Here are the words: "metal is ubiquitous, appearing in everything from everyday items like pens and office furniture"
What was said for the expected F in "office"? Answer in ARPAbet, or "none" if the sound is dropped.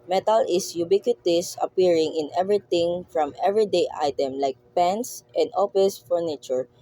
P